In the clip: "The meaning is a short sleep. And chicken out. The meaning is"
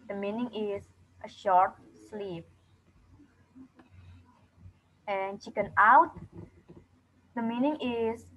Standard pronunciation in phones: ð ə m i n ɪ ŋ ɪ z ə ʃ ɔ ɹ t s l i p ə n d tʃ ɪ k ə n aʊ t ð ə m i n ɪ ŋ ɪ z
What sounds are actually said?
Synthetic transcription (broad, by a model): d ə m i n ɪ ŋ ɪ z ə ʃ ɔ ɹ t s l i p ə n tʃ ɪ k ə n aʊ t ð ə m i n ɪ ŋ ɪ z